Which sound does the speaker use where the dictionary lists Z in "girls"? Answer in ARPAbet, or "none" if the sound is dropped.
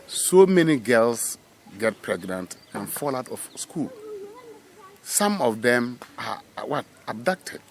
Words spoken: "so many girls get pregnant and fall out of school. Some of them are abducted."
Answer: S